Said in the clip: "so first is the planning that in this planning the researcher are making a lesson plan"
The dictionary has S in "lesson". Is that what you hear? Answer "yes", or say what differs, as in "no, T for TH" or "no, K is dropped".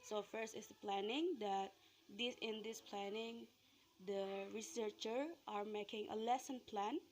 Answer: yes